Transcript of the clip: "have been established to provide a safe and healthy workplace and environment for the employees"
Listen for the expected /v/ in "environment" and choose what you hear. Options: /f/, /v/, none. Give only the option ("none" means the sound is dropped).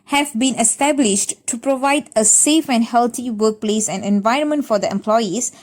/v/